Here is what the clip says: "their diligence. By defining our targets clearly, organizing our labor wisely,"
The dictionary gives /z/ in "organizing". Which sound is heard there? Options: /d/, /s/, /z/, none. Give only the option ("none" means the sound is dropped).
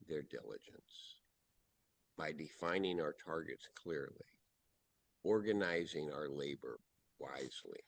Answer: /z/